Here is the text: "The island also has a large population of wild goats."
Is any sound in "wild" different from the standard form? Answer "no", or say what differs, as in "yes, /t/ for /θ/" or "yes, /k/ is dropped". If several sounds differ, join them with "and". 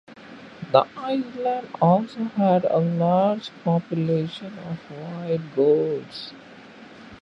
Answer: yes, /l/ is dropped